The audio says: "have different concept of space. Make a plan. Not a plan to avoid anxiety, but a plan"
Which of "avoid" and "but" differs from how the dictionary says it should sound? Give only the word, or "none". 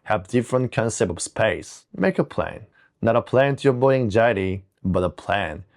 avoid